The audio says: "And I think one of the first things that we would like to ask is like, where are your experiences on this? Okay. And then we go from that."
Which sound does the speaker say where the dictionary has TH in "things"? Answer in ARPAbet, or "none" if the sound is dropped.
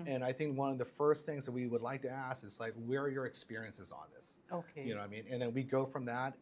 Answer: TH